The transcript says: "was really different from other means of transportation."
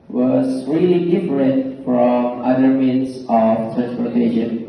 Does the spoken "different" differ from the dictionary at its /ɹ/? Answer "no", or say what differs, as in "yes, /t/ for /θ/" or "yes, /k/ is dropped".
no